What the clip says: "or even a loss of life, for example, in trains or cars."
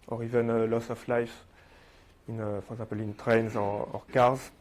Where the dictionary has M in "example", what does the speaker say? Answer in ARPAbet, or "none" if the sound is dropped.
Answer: none